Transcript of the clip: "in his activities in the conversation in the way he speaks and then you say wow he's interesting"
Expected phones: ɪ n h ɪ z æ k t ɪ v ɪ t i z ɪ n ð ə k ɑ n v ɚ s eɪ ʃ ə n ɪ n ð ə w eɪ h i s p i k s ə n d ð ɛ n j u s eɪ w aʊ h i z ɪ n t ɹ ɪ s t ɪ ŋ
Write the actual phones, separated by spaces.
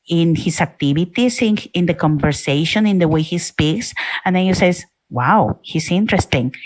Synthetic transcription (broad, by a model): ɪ n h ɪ s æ k t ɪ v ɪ t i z ɪ n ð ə k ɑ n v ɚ s eɪ ʃ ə n ɪ n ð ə w eɪ h i s p i k s ə n d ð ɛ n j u s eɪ w aʊ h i s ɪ n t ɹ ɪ s t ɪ ŋ